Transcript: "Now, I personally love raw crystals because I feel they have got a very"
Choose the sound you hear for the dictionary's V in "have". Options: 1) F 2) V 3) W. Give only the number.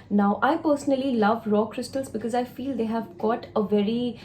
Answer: 2